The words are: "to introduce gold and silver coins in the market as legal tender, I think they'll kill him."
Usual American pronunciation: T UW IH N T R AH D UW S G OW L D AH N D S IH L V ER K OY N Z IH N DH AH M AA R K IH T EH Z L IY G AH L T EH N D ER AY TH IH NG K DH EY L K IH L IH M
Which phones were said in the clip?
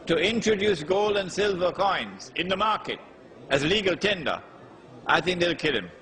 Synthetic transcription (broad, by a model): T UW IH N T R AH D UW S G OW L D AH N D S IH L V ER K OY N Z IH N DH AH M AA R K IH T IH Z L IY G AH L T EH N D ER AY TH IH NG K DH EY L K IH L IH M